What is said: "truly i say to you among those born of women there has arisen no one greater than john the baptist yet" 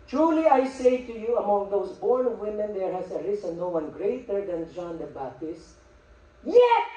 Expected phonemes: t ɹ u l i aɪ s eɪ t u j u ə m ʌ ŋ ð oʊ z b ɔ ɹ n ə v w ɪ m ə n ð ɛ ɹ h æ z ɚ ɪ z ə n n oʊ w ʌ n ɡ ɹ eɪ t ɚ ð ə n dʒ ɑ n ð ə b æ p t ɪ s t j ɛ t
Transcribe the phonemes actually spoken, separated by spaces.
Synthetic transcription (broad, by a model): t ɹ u l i aɪ s eɪ t u j u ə m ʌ ŋ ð oʊ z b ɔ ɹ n w ɪ m ə n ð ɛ ɹ h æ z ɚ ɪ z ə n n oʊ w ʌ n ɡ ɹ eɪ t ɚ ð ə n dʒ ɑ n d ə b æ t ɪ s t j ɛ